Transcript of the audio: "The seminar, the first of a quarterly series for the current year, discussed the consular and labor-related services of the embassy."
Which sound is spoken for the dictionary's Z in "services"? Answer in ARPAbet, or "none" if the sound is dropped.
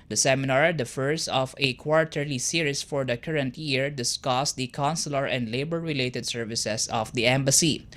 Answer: S